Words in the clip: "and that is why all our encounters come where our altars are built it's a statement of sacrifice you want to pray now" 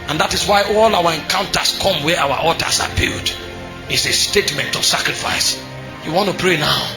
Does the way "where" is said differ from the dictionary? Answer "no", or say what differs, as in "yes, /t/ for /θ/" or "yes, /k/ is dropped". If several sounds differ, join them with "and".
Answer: yes, /w/ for /ɹ/